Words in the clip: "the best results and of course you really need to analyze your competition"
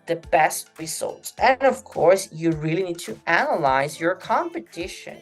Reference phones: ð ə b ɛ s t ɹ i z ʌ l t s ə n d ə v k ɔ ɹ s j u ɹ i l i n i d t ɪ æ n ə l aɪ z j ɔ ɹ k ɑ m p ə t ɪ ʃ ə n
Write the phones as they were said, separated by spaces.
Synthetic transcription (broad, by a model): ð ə b ɛ s t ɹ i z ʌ l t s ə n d ə v k ɔ ɹ s j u ɹ i l i n i d t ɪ æ n ə l aɪ z j ɔ ɹ k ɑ m p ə t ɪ ʃ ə n